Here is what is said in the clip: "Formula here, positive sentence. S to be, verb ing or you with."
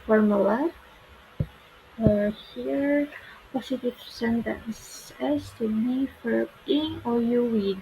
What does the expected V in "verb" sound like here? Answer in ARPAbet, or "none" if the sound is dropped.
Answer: F